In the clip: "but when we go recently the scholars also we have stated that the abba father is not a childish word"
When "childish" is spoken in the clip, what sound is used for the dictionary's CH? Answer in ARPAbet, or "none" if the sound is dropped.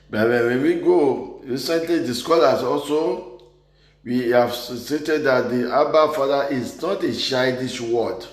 SH